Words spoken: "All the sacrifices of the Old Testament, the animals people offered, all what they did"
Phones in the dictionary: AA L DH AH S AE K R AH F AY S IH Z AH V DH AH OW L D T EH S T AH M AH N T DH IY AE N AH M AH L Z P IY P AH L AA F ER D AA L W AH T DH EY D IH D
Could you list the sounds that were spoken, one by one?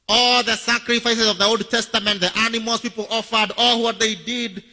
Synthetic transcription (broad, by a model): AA L DH AH S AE K R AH F AY S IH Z AH V DH AH OW L D T EH S T AH M AH N T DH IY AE N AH M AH L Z P IY P AH L AA F ER D AA L W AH T DH EY D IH D